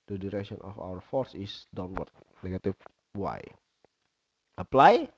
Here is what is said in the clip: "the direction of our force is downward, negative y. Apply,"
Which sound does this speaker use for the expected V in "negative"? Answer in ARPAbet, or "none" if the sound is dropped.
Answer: F